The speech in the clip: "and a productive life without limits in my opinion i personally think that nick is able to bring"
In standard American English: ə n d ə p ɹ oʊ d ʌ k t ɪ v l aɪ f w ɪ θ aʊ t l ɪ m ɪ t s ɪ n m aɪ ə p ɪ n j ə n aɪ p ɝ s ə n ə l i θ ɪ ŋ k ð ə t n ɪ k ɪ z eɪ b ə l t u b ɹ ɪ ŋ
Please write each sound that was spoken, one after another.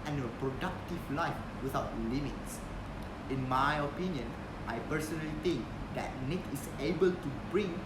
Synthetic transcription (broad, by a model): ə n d ə p ɹ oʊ d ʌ k t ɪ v l aɪ f w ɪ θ aʊ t l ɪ m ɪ t s ɪ n m aɪ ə p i n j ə n aɪ p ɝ s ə n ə l i t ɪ ŋ k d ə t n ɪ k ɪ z eɪ b ə l t u b ɹ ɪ ŋ